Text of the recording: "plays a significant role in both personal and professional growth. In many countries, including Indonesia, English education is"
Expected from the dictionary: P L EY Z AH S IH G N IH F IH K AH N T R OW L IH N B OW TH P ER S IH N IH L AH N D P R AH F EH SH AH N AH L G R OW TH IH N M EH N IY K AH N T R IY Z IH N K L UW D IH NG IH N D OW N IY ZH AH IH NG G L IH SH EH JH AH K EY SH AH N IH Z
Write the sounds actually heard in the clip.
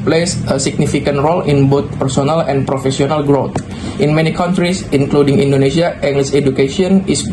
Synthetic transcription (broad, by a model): P L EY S AH S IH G N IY F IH K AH N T R OW L IH N B OW T P ER S IH N IH L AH N P R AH F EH S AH N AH L G R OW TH IH N M EH N IY K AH N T R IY S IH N K L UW D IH NG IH N D OW N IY S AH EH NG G L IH S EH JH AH K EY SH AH N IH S